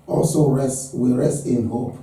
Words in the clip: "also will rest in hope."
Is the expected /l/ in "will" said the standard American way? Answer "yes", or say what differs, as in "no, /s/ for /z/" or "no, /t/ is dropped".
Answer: no, /w/ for /l/